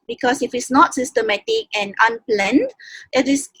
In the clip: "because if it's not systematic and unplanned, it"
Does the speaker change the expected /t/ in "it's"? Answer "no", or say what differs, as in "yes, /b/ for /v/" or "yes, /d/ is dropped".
no